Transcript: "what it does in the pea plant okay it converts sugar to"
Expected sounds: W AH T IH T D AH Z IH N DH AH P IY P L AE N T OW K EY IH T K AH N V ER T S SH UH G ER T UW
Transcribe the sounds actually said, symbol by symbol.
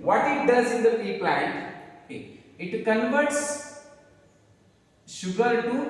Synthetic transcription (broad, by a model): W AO T IH T D AH Z IH N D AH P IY P L AE N T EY IH T K AH N V ER T S SH UH G ER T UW